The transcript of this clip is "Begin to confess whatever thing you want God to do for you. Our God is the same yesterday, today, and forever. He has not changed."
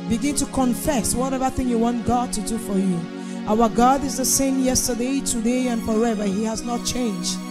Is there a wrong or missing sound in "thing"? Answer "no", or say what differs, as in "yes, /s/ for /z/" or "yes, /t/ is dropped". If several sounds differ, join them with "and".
no